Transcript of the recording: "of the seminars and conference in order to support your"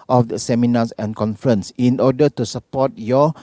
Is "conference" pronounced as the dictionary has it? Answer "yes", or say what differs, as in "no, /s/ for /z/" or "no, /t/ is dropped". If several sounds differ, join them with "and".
yes